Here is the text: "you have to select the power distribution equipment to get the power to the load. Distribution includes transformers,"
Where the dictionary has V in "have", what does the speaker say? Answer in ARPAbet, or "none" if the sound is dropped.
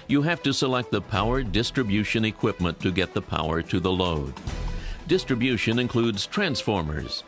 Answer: F